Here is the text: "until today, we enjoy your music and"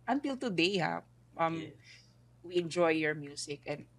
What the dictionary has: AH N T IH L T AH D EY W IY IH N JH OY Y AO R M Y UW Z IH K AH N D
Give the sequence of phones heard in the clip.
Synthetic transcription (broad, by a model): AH N T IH L T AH D EY W IY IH N JH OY Y AO R M Y UW S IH K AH N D